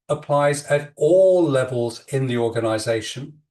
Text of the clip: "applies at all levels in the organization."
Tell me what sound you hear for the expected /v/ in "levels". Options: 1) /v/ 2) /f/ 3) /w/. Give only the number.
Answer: 1